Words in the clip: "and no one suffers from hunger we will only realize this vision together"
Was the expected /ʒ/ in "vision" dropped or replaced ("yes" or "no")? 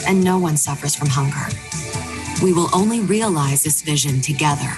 no